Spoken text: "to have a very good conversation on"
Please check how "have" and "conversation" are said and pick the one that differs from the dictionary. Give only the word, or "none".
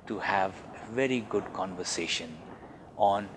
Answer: none